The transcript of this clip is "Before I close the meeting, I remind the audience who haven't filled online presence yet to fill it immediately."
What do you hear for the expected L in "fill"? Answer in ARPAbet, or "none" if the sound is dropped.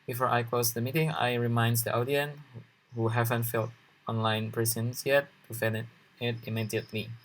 N